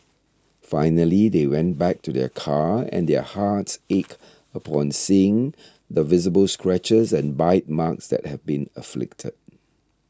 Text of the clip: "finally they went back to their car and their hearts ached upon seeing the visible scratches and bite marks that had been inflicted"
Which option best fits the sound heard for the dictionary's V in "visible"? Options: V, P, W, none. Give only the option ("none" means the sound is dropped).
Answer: V